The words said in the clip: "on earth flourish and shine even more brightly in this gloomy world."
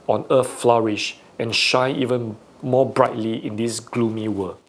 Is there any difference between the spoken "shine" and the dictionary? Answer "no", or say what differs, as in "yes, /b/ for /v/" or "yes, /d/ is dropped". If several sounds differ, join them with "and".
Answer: yes, /n/ is dropped